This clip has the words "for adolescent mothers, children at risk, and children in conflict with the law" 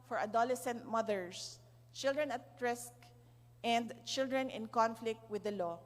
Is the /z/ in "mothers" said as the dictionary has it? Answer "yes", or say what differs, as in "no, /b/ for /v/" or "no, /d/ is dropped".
no, /s/ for /z/